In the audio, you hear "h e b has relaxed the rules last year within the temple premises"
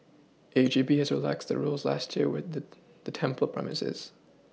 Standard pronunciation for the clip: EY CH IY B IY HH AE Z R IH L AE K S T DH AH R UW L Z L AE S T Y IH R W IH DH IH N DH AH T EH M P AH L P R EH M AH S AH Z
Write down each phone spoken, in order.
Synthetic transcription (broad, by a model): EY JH IY B IY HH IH Z R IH L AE K S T DH AH R UW L Z L AE S T Y IH R W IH DH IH DH AH T EH M P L P R EH M AH S AH Z